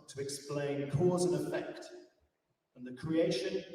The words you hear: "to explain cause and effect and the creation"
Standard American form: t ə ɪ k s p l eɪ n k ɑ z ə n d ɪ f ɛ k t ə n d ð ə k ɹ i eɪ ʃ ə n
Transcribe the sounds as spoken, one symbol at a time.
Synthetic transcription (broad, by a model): t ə ɪ k s p l eɪ n k ɑ z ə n ɪ f ɛ k t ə n ð ə k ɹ i eɪ ʃ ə n